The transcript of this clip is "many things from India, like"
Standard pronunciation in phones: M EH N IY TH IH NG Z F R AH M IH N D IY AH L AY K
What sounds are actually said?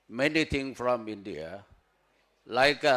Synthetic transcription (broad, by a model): M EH N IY T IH NG F R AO M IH N D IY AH L AY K